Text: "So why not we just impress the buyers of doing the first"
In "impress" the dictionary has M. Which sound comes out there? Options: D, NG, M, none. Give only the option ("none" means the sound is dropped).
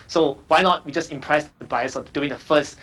M